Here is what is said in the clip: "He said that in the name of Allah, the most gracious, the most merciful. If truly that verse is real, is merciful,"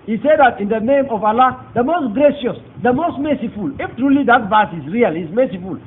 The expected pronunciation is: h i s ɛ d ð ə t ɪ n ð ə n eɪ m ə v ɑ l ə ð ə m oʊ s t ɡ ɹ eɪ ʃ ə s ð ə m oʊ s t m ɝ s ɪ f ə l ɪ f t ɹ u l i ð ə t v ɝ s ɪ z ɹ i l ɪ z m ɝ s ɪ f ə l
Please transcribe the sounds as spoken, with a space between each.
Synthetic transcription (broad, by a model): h i s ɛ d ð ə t ɪ n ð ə n eɪ m ə v ɑ l ə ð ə m oʊ s t ɡ ɹ eɪ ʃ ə s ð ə m oʊ s t m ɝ s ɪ f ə l ɪ f t ɹ u l i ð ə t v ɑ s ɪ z ɹ i l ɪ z m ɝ s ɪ f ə l